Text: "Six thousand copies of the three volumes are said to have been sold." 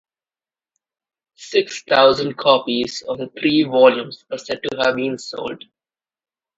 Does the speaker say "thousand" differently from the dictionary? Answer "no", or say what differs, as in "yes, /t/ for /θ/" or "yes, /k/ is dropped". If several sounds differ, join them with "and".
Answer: yes, /t/ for /θ/